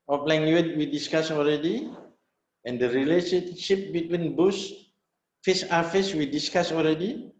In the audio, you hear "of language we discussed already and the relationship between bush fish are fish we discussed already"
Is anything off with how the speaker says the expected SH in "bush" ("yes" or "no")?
yes